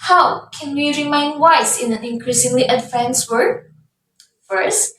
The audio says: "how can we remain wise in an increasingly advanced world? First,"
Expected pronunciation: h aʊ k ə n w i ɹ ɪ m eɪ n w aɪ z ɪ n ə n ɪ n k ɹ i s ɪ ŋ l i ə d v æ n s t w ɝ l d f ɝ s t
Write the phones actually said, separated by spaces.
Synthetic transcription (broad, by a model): h aʊ k ə n w i ɹ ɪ m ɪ n w aɪ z ɪ n ə n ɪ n k ɹ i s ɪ ŋ l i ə d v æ n s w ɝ d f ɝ s t